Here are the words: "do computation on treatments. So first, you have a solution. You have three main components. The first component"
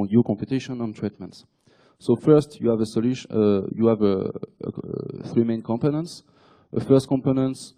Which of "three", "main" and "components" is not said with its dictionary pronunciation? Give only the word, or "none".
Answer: none